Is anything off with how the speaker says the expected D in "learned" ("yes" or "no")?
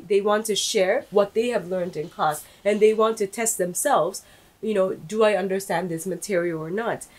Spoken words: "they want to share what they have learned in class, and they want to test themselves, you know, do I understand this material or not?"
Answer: no